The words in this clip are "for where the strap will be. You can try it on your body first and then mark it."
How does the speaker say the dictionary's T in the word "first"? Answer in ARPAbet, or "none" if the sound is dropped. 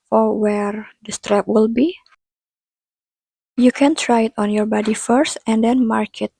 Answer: T